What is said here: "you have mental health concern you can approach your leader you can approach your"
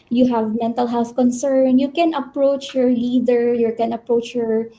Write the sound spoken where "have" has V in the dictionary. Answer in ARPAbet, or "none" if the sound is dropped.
V